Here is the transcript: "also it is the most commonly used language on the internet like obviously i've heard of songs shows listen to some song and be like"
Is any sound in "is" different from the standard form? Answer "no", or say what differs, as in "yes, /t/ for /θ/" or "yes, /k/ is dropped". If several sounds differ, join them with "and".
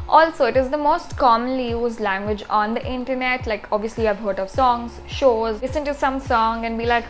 no